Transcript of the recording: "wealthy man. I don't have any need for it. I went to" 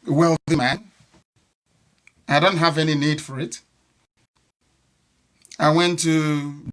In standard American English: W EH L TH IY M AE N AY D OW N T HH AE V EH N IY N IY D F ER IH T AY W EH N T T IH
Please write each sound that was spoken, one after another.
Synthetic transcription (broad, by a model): W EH L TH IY M AE N AY D OW N T HH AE V EH N IY N IY D F ER IH T AY W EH N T T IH